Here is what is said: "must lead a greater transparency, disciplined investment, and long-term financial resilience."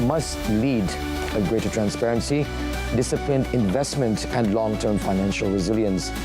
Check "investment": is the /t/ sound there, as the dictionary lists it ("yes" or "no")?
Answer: yes